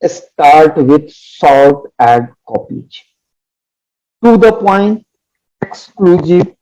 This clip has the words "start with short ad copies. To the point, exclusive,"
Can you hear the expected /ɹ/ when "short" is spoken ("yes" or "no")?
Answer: no